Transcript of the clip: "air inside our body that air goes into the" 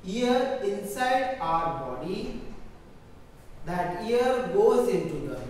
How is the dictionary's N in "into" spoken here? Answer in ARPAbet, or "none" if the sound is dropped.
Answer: N